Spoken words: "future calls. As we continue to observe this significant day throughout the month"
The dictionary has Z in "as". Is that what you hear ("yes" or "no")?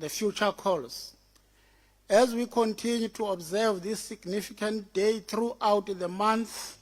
yes